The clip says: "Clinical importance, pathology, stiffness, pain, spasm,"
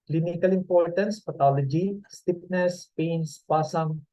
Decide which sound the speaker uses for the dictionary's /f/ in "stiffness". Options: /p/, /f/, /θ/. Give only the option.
/p/